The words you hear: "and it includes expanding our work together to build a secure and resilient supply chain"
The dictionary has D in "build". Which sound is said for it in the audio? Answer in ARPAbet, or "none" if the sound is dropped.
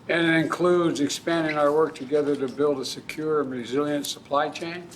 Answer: D